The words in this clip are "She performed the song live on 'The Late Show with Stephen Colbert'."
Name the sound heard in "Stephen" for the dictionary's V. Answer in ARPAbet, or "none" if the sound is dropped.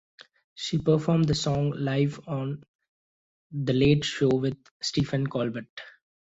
F